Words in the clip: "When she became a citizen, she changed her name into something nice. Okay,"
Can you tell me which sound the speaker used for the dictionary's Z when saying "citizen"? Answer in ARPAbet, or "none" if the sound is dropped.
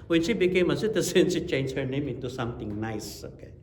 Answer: S